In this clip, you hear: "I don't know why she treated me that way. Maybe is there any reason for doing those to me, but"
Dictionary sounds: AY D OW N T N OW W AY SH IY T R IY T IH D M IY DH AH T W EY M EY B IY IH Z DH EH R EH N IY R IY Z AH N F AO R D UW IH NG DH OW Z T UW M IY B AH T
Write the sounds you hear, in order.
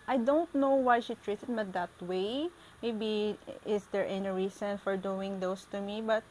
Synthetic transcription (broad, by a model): AY D OW N T N OW W AY SH IY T R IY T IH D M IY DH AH T W EY M EY B IY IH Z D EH R EH N IY R IY S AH N F AO R D UW IH NG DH OW S T UW M IY B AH T